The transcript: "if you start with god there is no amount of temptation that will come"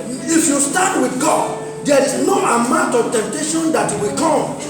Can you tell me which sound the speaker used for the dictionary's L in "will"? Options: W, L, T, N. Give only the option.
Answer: W